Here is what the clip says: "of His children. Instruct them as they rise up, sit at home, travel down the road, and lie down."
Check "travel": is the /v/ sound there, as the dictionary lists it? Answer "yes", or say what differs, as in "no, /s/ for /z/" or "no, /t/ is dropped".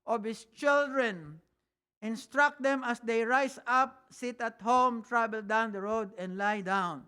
no, /b/ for /v/